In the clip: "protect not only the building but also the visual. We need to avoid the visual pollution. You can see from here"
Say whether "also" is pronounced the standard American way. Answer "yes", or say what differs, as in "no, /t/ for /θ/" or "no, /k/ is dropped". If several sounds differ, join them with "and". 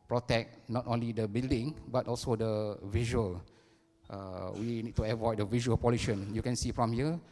yes